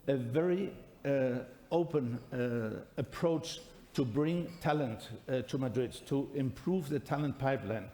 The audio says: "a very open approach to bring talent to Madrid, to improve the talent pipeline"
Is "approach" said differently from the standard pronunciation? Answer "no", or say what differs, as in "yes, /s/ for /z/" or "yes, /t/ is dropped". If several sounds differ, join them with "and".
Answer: no